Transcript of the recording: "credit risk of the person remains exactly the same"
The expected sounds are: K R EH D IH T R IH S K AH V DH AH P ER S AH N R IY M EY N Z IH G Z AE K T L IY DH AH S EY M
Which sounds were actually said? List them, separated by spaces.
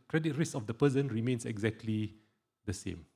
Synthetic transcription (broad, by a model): K R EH D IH T R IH S AH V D AH P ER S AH N R IY M EY N S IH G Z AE K T L IY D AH S EY M